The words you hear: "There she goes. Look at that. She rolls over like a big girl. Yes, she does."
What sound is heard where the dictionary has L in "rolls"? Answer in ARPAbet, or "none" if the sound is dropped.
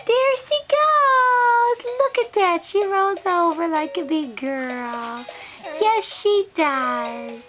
none